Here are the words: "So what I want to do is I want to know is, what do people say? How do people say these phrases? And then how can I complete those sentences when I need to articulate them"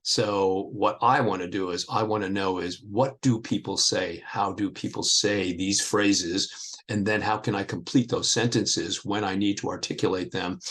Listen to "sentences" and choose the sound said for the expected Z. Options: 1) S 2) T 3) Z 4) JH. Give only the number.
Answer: 3